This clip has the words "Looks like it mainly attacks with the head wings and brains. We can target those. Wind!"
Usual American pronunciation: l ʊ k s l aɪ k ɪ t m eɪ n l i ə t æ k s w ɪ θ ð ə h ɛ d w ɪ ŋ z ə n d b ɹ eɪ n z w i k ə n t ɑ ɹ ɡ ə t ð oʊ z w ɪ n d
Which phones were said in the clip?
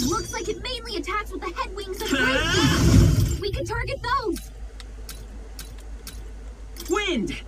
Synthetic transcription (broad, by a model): l ʊ k s l aɪ k ɪ t m eɪ n l i ə t æ k s w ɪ ð ə h ɛ d w ɪ ŋ z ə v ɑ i w i k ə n t ɑ ɹ ɡ ə t ð oʊ z w ɪ n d